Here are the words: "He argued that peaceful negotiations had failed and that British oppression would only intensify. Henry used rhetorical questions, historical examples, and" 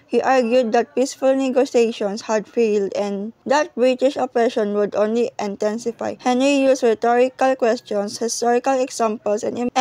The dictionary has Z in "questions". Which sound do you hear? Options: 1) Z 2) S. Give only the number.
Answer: 2